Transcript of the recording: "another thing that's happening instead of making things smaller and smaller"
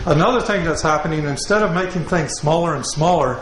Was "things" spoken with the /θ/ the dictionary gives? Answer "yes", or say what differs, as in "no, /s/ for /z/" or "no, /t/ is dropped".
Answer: yes